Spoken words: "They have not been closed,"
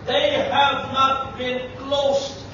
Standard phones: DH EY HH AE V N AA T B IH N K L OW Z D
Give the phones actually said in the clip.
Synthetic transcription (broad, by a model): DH EY HH AE V N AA T B IH N K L OW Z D